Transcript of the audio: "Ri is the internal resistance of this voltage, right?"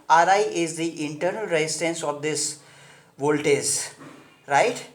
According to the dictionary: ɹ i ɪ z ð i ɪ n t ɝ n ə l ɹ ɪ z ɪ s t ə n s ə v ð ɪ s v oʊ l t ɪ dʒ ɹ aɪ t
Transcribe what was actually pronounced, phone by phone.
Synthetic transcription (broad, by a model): ɹ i ɪ z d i ɪ n t ɝ n ə l ɹ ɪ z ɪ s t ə n s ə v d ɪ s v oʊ l t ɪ z ɹ aɪ t